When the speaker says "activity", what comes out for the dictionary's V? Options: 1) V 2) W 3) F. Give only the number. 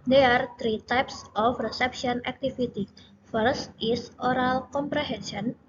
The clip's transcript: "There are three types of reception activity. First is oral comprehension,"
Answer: 3